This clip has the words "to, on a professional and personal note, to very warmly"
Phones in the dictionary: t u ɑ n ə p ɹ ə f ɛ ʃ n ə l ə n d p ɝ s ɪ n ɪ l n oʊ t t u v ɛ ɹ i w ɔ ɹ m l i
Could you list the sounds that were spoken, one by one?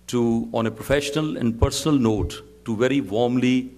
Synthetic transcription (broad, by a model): t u ɑ n ə p ɹ ə f ɛ ʃ n ə l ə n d p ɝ s n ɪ l n oʊ t t u v ɛ ɹ i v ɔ ɹ m l i